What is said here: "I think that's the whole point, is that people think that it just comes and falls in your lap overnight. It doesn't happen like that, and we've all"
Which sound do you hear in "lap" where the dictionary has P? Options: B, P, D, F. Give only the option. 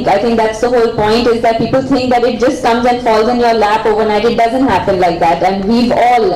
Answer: F